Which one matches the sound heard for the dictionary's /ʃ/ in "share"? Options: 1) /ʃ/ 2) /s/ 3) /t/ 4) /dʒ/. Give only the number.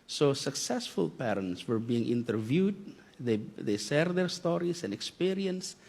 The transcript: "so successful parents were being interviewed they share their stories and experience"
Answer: 2